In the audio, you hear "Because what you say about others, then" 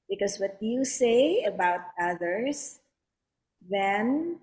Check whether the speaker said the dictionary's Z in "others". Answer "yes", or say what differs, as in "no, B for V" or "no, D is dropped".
no, S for Z